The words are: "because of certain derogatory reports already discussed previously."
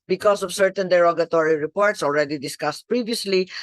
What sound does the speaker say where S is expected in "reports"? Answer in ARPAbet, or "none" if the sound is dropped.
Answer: S